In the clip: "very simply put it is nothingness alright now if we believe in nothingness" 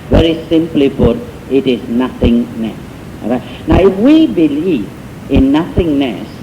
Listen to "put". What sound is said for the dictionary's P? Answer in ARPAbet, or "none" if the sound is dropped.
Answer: B